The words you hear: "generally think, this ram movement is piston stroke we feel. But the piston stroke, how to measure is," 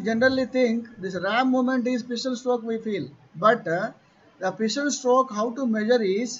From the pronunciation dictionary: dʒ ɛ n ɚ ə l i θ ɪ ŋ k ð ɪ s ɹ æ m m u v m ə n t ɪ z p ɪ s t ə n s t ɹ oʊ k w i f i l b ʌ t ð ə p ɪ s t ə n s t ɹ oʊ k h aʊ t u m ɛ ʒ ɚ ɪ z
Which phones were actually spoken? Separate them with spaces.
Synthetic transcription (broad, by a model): dʒ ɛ n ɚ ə l i t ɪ ŋ k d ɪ s ɹ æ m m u m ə n t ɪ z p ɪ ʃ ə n s t ɹ oʊ k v i f i l b ʌ t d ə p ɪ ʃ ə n s t ɹ oʊ k h aʊ t u m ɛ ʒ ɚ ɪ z